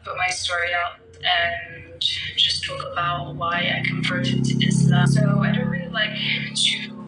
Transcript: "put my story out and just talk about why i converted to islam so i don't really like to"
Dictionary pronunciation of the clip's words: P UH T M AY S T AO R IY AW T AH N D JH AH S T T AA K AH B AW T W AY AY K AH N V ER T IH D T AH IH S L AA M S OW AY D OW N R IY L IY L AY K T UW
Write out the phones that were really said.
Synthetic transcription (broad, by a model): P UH T M AY S T AO R IY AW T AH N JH AH S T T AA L AH B AW T W AY AY K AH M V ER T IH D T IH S AA S OW AY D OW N R IY L IY L AY K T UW